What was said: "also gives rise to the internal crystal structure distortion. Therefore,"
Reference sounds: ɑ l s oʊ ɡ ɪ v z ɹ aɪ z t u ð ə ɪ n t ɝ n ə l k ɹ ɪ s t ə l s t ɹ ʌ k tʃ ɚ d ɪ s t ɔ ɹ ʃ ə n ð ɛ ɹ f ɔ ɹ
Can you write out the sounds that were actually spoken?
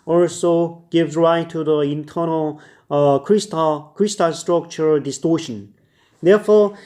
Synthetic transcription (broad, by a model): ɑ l s oʊ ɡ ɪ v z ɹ aɪ t u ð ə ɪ n t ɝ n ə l k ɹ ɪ s t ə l s t ɹ ʌ k tʃ ɚ d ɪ s t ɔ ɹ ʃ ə n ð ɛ f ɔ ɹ